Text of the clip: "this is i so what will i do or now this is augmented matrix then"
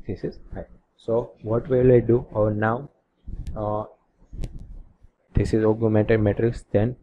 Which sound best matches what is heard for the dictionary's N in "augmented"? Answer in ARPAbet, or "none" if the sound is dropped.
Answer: none